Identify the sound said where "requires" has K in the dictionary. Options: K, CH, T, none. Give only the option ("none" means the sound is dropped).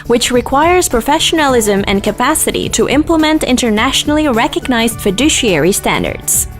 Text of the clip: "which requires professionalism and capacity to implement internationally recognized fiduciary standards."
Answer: K